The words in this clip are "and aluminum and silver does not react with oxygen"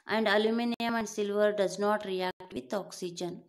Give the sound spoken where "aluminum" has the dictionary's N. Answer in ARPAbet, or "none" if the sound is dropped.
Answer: N